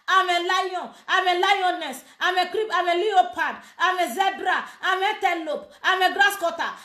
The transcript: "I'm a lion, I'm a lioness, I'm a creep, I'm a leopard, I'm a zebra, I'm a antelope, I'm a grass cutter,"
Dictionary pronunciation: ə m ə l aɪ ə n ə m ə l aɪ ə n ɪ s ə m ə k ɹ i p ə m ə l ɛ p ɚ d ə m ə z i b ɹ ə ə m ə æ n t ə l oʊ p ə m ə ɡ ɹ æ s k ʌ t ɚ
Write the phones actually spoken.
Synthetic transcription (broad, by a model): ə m ə l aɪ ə ə m ə l aɪ ə n ɪ s ə m ə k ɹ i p ə m ə l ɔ p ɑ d ə m ə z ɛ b ɹ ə ə m ə t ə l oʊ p ə m ə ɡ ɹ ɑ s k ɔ t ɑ